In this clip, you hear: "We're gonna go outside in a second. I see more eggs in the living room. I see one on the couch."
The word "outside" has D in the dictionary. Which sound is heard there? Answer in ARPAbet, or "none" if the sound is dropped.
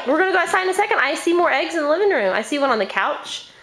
none